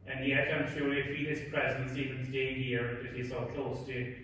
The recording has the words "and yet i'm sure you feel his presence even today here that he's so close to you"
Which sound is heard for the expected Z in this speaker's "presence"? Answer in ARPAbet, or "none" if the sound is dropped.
Z